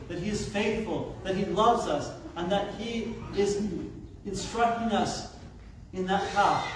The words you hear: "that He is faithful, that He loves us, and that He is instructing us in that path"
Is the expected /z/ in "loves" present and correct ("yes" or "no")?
yes